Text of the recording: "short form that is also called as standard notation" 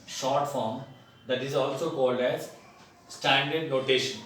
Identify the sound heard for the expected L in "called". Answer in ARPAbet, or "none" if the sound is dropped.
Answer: L